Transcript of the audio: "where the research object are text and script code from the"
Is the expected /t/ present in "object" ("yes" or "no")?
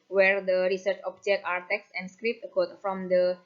no